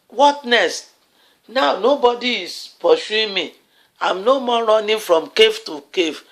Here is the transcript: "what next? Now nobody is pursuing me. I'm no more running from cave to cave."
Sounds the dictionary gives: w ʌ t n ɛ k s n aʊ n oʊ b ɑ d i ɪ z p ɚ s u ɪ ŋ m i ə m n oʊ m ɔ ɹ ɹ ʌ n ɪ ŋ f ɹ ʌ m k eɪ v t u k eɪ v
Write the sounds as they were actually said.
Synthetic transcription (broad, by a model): w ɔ t n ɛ s n aʊ n oʊ b ɑ d i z p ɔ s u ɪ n m i ə m n oʊ m ɔ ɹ ɹ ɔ n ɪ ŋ f ɹ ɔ m k eɪ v t u k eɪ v